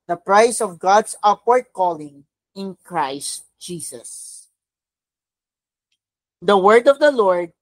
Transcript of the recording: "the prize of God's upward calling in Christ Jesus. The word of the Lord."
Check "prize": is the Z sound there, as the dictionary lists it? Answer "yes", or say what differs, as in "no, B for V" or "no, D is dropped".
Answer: no, S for Z